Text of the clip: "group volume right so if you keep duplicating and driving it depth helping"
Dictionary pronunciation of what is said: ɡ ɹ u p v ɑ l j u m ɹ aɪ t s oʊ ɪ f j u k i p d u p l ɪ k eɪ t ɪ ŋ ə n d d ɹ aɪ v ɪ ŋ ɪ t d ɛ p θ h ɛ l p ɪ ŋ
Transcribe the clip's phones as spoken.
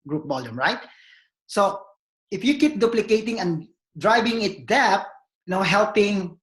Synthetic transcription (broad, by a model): ɡ ɹ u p b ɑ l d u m ɹ aɪ t s oʊ ɪ f j u k i p d u p l ɪ k eɪ t ɪ ŋ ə n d d ɹ aɪ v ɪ ŋ ɪ t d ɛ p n h ɛ l p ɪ ŋ